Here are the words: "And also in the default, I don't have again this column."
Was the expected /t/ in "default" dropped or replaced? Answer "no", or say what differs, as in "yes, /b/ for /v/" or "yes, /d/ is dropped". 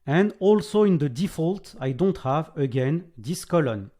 no